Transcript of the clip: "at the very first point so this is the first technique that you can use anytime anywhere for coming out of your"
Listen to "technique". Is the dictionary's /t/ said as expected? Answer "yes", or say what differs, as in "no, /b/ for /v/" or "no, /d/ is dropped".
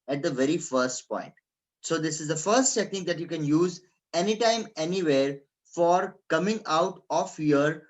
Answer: no, /s/ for /t/